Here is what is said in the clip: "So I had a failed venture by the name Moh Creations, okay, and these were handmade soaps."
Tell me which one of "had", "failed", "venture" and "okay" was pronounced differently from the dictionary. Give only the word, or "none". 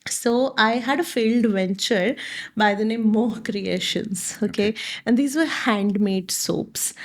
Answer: none